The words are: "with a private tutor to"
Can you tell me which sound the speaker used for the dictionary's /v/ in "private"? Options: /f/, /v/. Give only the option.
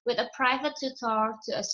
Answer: /v/